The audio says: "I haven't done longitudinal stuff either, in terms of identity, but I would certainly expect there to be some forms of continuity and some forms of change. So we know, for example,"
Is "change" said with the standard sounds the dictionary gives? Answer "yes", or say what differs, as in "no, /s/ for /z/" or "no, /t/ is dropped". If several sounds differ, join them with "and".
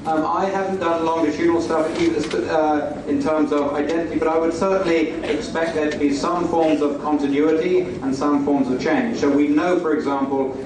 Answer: no, /ʒ/ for /dʒ/